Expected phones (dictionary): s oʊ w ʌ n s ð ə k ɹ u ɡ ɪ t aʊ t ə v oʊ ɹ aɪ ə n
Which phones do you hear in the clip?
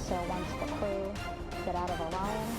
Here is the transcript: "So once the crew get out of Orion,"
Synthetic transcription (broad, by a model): s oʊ w ʌ n s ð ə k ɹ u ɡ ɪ t aʊ t ə v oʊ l aɪ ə n